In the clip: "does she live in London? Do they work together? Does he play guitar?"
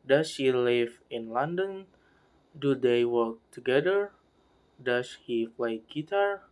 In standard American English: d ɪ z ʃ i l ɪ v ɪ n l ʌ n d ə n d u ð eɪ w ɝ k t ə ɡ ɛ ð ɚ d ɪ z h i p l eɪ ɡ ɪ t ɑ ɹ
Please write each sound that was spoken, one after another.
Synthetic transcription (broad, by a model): d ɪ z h i l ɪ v ɪ n l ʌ n d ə n d u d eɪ w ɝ k t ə ɡ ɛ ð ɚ d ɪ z h i f l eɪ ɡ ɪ t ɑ ɹ